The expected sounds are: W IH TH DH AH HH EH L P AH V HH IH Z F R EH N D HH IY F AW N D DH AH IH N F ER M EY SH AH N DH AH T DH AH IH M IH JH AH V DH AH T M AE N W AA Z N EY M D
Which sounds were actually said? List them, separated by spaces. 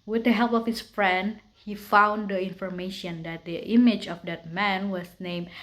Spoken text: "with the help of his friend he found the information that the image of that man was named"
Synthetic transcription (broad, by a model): W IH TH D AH HH EH L P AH F HH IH S F R EH N D HH IY F AW N D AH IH N F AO M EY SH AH N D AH T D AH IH M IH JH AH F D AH T M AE N W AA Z N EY M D